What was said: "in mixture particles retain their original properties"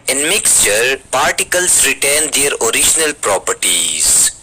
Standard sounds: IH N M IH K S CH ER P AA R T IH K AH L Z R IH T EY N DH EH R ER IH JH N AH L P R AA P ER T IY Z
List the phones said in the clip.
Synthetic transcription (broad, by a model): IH N M IH K S CH ER P AA R T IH K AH L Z R IH T EY N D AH R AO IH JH N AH L P R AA P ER T IY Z